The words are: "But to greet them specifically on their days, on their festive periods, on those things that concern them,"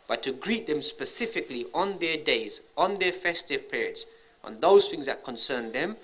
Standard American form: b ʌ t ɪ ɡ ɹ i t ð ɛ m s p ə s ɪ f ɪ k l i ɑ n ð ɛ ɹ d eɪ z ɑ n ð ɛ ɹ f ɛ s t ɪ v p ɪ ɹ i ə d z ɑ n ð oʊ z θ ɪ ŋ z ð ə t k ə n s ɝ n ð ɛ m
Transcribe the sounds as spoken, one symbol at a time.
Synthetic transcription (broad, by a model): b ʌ t ɪ ɡ ɹ i t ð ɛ m s p ə s ɪ f ɪ k l i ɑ n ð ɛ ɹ d eɪ z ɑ n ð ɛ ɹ f ɛ s t ɪ v p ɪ ɹ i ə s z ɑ n ð oʊ z θ ɪ ŋ z ð ə t k ə n s ɝ n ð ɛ m